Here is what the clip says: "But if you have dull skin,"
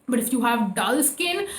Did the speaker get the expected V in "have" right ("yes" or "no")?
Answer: yes